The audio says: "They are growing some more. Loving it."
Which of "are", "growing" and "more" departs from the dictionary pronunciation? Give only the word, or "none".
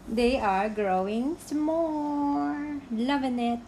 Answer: more